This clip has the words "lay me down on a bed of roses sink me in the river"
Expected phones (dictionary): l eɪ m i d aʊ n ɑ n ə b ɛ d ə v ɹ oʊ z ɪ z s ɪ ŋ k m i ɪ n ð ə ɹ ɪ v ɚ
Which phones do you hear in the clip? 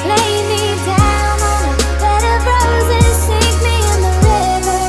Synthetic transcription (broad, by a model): l eɪ m i d aʊ ʊ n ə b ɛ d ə b ɹ oʊ z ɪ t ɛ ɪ k m i ɪ n ð ə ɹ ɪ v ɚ